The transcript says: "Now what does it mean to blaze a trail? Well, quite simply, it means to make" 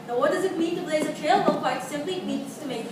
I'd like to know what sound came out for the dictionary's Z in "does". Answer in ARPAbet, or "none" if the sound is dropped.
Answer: Z